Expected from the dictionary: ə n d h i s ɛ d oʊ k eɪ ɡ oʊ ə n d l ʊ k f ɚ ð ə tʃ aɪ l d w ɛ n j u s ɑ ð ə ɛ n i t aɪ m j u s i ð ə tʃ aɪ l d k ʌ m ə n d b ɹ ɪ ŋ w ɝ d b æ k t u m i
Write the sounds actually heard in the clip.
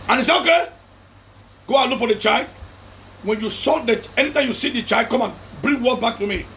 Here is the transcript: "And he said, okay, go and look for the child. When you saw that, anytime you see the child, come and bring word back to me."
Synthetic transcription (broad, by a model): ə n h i s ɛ oʊ k eɪ ɡ oʊ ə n l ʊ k f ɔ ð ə tʃ aɪ l d w ɛ n j u s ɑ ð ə ɛ n i t aɪ m j u s i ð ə tʃ aɪ l d k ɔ m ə n b ɹ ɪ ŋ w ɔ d b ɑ k t u m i